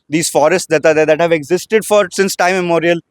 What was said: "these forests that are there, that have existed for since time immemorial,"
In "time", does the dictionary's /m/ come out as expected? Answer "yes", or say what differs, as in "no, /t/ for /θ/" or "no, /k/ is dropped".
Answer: no, /m/ is dropped